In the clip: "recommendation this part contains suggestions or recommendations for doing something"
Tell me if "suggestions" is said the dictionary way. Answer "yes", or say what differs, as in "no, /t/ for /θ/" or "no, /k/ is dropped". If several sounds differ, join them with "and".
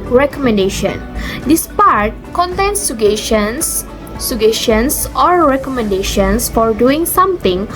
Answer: no, /ʃ/ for /dʒ/ and /ʃ/ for /tʃ/ and /s/ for /z/